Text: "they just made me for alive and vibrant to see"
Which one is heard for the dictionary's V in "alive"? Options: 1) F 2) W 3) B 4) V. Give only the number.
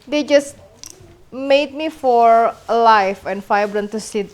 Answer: 1